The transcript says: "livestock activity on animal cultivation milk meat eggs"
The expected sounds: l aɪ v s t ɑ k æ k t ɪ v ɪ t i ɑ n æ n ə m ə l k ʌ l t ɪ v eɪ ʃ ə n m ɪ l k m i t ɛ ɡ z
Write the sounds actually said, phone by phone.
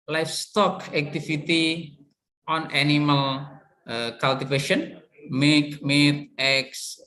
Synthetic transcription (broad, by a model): l aɪ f s t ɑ k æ k t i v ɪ t i ɑ n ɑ n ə m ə l k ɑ l t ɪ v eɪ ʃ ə n m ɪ k m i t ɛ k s